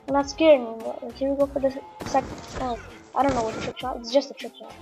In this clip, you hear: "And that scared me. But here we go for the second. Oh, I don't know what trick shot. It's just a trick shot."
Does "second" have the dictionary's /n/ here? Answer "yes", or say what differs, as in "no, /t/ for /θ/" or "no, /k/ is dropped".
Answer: no, /n/ is dropped